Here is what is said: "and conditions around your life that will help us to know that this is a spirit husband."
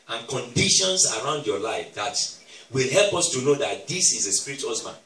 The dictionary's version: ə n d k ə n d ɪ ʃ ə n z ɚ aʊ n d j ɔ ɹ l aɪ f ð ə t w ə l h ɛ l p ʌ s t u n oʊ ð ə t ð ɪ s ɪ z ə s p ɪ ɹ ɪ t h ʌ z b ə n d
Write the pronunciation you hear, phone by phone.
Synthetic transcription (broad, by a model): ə n k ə n d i ʃ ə n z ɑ aʊ n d j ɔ l aɪ f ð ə t w ə l h ɛ l p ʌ s t u n oʊ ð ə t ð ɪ s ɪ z ə s p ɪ ɹ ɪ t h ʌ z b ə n